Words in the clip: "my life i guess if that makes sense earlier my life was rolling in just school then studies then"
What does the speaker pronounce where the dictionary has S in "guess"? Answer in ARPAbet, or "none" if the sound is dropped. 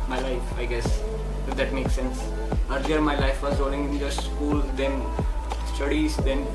S